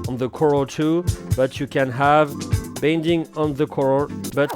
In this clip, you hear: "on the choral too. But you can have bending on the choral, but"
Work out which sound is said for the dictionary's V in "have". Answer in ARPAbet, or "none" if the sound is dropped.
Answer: V